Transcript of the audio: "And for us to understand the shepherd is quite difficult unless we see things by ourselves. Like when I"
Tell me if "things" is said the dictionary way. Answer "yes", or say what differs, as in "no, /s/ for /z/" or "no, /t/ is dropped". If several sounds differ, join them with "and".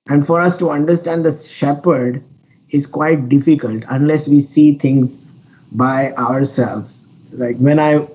no, /t/ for /θ/